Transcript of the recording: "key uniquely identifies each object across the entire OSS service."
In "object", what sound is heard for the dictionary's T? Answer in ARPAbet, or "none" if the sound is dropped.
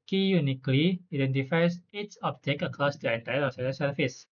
none